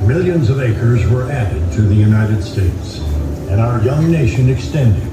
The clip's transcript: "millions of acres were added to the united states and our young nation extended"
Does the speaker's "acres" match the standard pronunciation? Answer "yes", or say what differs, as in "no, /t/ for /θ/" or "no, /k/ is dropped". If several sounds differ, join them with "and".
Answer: yes